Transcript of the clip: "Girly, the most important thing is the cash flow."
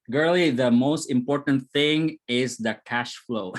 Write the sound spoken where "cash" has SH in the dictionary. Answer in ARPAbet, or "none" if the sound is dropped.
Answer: SH